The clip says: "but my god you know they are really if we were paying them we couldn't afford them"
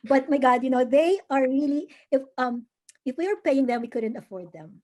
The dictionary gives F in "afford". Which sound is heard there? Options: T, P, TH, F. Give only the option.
F